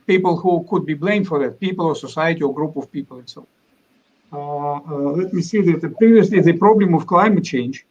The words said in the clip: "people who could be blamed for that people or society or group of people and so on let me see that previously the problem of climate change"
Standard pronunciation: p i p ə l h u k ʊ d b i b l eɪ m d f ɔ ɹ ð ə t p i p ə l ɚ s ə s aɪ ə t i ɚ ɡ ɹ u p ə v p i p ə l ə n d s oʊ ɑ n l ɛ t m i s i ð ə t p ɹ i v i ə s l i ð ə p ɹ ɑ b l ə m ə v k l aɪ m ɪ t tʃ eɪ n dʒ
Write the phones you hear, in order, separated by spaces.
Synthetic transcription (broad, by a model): p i p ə l h u k ʊ d b i b l eɪ m d f ɔ ɹ ð ə t p i p ə l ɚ s ə s aɪ ə t i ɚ ɡ ɹ u p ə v p i p ə l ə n s oʊ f l ɛ t m i s i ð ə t p ɹ i v i ə s l i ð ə p ɹ ɑ b l ə m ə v k l aɪ m ɪ t tʃ eɪ n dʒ